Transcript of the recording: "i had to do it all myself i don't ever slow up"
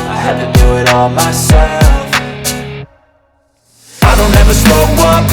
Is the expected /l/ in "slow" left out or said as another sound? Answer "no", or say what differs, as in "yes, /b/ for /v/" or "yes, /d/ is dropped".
yes, /l/ is dropped